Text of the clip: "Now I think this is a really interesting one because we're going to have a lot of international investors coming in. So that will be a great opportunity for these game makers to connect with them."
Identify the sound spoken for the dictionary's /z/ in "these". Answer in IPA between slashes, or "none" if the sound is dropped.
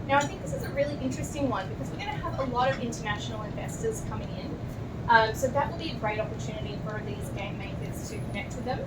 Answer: /z/